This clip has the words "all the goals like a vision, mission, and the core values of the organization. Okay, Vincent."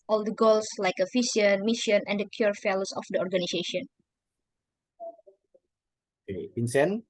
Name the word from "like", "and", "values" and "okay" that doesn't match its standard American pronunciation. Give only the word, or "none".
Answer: values